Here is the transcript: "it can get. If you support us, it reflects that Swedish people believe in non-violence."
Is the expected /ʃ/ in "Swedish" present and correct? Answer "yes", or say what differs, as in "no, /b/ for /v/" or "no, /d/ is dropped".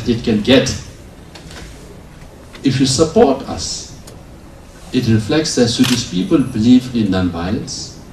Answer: no, /s/ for /ʃ/